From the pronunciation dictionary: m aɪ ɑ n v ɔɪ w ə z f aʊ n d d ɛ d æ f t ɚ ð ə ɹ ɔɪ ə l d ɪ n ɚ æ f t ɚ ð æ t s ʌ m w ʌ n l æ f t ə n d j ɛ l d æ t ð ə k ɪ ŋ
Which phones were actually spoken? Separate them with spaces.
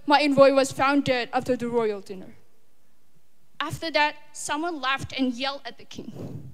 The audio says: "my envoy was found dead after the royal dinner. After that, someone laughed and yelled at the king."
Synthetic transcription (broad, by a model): m aɪ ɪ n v ɔɪ w ə z f aʊ n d d ɛ d æ f t ɚ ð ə ɹ ɔɪ ə l d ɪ n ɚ æ f t ɚ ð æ t s ʌ m w ʌ n l æ f t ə n j ɛ l d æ t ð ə k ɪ ŋ